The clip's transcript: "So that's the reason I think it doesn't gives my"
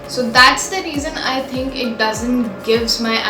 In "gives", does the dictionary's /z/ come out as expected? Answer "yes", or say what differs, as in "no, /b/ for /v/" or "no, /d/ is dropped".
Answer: yes